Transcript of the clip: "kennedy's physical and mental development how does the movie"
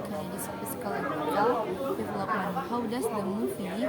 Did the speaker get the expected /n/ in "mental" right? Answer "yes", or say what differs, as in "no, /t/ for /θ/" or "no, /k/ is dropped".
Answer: no, /n/ is dropped